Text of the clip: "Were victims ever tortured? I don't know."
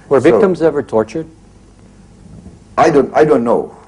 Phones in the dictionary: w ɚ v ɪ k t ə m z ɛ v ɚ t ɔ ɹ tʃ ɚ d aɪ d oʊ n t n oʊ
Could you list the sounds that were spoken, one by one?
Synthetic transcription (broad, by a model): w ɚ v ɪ t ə m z ɛ v ɚ t ɔ ɹ tʃ ɚ d aɪ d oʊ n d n oʊ